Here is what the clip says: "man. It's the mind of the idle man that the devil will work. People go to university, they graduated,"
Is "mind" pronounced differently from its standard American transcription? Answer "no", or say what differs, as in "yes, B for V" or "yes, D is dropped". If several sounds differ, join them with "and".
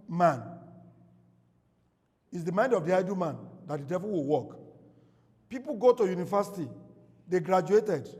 no